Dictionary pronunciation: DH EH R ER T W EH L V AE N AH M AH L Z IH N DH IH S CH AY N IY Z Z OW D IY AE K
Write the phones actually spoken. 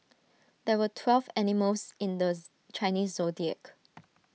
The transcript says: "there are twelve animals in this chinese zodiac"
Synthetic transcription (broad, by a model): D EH W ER T W EH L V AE N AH M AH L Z IH N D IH CH AY N IY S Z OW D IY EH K